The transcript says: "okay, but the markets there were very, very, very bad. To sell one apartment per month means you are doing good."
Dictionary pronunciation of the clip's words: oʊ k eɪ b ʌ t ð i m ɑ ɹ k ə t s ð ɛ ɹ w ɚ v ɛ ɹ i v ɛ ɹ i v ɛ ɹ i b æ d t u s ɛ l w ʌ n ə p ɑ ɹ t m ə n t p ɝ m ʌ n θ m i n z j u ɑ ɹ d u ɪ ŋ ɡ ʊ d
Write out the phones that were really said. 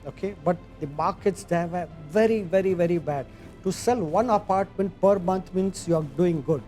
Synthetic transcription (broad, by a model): oʊ k eɪ b ʌ t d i m ɑ ɹ k ə t s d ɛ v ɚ v ɛ ɹ i v ɛ ɹ i v ɛ ɹ i b æ d t u s ɛ l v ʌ n ə p ɑ ɹ t m ə n t p ɝ m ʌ n t m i n s j u ɑ ɹ d u ɪ ŋ ɡ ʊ d